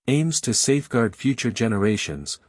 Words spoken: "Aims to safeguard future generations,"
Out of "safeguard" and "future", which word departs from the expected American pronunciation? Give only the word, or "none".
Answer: none